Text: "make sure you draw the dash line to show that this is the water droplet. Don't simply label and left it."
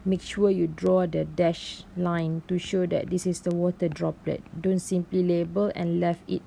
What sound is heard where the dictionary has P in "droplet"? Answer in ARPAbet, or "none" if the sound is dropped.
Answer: P